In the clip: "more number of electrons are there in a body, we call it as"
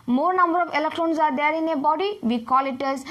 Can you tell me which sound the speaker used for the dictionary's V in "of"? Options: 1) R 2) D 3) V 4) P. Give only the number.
4